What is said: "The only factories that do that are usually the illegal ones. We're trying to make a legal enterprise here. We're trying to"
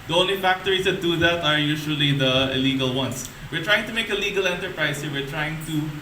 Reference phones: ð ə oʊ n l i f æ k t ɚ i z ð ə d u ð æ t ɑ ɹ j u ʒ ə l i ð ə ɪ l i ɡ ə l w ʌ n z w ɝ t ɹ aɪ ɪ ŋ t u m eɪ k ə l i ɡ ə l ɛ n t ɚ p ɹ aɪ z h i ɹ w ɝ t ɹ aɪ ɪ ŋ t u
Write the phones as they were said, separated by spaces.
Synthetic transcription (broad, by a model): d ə oʊ n l i f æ k t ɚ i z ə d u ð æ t ɑ ɹ j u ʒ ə l i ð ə ɪ l i ɡ ə l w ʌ n s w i t ɹ aɪ ɪ ŋ t u m eɪ k ə l i ɡ ə l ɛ n t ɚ p ɹ aɪ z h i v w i t ɹ aɪ ɪ ŋ t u